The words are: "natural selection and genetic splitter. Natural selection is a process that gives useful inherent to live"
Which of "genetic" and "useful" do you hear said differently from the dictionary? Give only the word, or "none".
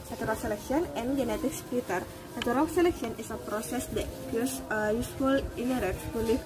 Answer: useful